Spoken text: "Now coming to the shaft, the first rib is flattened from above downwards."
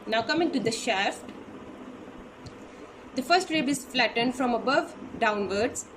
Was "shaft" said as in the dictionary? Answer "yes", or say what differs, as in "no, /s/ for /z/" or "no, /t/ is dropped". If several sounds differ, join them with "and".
yes